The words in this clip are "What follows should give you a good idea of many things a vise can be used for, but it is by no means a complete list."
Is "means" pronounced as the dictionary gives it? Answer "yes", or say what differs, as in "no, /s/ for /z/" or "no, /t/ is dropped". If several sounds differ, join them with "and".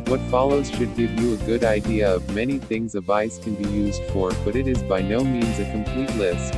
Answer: yes